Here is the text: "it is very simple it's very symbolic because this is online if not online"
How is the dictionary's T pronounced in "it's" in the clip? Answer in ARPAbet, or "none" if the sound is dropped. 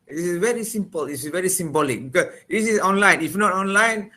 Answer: S